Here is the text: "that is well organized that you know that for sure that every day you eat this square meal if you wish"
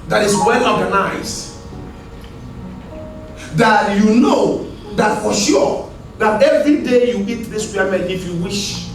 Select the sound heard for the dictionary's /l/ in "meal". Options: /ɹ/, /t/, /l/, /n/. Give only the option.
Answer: /n/